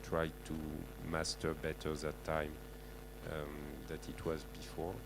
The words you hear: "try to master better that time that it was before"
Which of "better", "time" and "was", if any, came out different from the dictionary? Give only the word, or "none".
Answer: none